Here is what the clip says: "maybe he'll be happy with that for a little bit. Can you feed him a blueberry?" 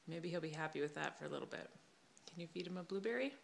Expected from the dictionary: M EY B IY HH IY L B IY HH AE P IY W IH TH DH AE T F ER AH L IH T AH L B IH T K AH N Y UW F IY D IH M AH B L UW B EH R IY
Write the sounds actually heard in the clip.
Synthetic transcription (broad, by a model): M EY B IY HH IY L B IY HH AE P IY W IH DH AE T F ER AH L IH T L B IH T K AH N Y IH F IY D IH M AH B L UW B EH R IY